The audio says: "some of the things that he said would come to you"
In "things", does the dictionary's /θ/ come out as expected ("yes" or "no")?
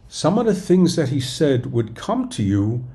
yes